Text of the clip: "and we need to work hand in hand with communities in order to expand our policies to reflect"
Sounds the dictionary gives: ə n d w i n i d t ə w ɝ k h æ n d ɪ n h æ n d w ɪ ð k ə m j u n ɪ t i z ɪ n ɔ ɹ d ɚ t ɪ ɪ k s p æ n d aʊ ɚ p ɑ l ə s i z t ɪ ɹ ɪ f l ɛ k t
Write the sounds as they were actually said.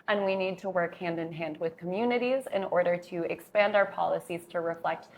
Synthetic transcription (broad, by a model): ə n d w i n i d t ə w ɝ k h æ n d ɪ n h æ n d w ɪ ð k ə m j u n ɪ t i z ɪ n ɔ ɹ d ɚ t ɪ ɪ k s p æ n d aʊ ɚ p ɑ l ə s i z t ɪ ɹ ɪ f l ɛ k t